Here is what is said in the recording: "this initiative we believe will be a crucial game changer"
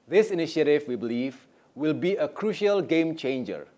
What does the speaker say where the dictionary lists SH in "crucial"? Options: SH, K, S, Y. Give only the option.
SH